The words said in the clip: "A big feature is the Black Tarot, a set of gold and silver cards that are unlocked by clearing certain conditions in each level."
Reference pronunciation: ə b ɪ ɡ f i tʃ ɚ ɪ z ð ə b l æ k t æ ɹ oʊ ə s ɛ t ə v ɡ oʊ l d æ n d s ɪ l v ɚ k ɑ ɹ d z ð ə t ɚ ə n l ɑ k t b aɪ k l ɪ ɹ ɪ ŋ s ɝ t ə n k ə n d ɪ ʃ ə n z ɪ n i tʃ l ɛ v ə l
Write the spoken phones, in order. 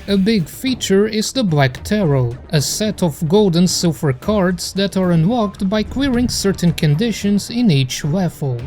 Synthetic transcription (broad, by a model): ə b ɪ ɡ f i tʃ ɚ ɪ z ð ə b l æ k t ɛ ɹ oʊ ə s ɛ t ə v ɡ oʊ l d n s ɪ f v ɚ k ɑ ɹ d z ð ə t ɚ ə n w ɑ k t b aɪ k w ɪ ɹ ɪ ŋ s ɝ t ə n k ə n d ɪ ʃ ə n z ɪ n i tʃ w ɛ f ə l